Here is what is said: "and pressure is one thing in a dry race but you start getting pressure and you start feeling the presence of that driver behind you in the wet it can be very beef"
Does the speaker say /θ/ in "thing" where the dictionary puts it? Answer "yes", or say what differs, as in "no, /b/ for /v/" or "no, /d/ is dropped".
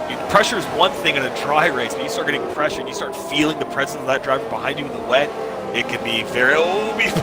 yes